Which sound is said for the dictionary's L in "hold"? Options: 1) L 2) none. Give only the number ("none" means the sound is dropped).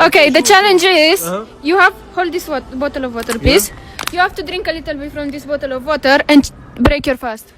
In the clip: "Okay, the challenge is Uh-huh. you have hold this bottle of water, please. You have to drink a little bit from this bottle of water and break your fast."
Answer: 1